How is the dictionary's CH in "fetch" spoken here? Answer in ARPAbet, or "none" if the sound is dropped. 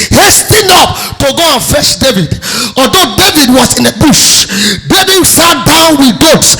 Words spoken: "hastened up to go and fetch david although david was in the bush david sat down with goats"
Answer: SH